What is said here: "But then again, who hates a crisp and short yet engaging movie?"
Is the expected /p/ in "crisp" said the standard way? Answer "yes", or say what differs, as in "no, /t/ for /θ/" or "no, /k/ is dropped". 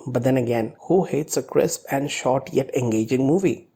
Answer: yes